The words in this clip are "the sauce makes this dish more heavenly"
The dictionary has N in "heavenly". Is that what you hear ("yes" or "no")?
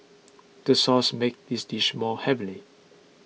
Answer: no